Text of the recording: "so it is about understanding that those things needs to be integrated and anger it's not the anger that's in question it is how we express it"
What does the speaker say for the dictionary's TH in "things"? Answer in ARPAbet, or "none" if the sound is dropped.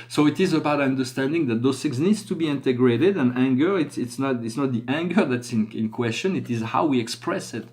S